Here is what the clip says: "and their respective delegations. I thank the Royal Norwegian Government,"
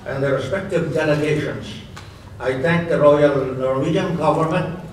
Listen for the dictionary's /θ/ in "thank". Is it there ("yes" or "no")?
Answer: no